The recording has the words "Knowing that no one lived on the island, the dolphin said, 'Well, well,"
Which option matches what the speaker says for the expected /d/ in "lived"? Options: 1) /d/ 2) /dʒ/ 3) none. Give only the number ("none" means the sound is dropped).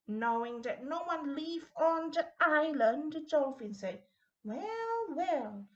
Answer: 3